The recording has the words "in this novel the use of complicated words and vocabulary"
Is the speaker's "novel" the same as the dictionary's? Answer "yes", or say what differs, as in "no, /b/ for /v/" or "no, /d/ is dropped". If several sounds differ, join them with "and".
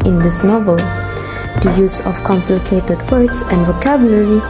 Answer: yes